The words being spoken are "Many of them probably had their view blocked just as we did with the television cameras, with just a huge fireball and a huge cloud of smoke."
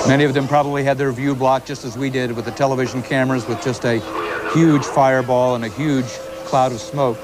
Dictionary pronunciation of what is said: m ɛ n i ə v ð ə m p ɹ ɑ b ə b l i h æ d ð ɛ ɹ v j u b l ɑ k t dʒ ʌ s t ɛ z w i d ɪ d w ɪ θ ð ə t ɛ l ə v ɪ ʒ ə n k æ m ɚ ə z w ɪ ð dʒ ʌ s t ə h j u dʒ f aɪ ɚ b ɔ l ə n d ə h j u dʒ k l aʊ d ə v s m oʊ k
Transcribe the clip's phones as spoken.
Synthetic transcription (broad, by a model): m ɛ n i ə v ð ə m p ɹ ɑ b ə b l i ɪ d ð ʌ ɹ v j u b l ɑ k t dʒ ʌ s t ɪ z w i d ɪ d w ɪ ð ə t ɛ l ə v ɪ ʒ n k æ m ɚ ə z w ɪ ð dʒ ʌ s t ə h j u dʒ f aɪ ɚ b ɔ l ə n ə h j u dʒ k l aʊ d ə v s m oʊ k